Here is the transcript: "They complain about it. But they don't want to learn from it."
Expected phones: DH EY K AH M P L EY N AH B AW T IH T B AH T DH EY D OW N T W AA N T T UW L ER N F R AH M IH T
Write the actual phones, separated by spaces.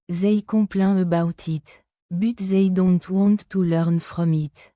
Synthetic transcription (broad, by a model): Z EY K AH P L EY AH B AW T IH T B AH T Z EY D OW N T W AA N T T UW L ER N F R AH M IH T